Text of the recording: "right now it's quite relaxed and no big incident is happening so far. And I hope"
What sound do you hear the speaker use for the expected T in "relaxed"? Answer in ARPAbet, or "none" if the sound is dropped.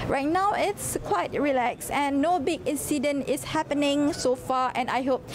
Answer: none